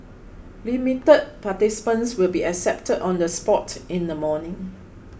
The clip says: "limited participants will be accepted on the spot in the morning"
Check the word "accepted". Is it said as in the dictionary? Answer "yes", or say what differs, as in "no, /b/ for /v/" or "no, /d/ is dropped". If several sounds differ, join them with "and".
yes